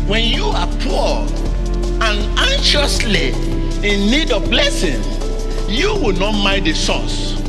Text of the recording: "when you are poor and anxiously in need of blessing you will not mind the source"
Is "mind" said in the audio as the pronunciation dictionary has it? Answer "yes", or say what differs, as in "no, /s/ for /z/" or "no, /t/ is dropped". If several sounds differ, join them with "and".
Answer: no, /n/ is dropped